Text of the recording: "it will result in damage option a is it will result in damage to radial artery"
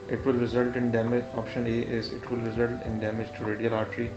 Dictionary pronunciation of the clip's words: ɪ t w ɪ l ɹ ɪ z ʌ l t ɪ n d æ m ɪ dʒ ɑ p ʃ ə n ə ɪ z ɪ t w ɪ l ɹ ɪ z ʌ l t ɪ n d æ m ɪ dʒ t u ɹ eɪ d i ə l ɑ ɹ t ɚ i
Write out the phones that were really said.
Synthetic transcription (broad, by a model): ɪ t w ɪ l ɹ ɪ z ʌ l t ɪ n d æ m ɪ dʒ ɑ p ʃ ə n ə ɪ z ɪ t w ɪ l ɹ ɪ z ʌ l t ɪ n d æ m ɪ dʒ t u ɹ eɪ d i ə l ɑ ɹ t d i